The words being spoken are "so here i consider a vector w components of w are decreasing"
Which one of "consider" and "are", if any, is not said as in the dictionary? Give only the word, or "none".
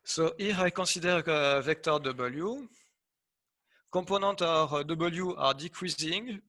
consider